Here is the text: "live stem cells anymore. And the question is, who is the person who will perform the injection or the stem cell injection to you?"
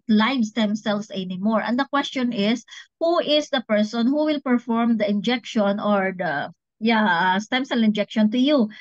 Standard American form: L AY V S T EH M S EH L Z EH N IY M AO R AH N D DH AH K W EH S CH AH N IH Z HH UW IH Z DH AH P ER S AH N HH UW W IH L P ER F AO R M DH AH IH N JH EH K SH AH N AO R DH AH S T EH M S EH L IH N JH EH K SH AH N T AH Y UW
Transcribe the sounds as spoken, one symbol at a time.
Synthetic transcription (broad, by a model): L AY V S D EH M S EH L S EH N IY M AO R AH N D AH K W EH S CH AH N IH S HH UW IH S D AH P ER S AH N HH UW W IH L P ER F AO R M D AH IH N JH EH K SH AH N AO R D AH S T EH M S EH L IH N JH EH K SH AH N T AH Y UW